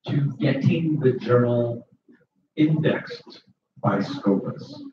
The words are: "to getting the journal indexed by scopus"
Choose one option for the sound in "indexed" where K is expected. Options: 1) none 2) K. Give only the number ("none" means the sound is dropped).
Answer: 2